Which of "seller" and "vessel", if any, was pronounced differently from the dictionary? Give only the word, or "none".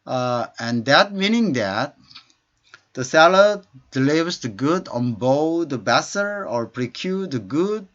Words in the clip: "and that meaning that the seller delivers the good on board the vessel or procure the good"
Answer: vessel